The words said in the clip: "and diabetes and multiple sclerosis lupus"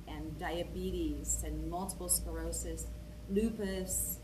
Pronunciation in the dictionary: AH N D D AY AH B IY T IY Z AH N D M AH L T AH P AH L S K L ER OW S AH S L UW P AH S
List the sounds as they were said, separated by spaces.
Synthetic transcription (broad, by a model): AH N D D AY AH B IY T IY Z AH N M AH L T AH P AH L S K ER OW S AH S L UW P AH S